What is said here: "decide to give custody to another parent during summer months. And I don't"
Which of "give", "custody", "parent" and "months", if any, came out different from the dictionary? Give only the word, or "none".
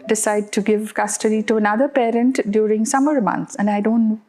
months